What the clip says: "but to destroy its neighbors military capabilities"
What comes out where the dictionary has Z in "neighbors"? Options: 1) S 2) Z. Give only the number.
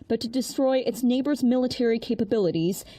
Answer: 2